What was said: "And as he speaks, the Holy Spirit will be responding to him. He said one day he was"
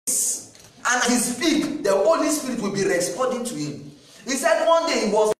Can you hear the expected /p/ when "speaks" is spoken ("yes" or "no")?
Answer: no